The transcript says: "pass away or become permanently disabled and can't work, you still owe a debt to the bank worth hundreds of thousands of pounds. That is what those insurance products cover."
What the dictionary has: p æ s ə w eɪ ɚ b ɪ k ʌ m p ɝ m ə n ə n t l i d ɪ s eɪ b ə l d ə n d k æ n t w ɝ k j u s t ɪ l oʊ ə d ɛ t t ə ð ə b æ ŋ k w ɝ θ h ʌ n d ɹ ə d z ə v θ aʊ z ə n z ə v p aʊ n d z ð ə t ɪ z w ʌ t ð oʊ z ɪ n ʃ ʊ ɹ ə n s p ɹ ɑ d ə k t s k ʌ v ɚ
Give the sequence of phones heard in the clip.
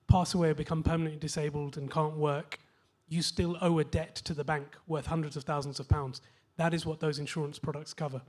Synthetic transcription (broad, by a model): p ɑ s ə w eɪ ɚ b ɪ k ʌ m p ɝ m ə n ə n t l i d ɪ s eɪ b ə l d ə n k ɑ n t w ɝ k j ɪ s t ɪ l oʊ ə d ɛ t t ə ð ə b æ ŋ k w ɝ θ h ʌ n d ɹ ə d z ə v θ aʊ z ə n z ə v p aʊ n d z ð ə t ɪ z w ʌ t ð oʊ z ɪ n ʃ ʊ ɹ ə n s p ɹ ɑ d ə k t s k ʌ v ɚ